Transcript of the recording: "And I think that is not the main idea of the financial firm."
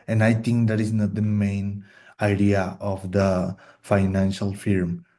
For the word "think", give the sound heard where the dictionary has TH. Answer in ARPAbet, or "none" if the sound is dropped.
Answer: T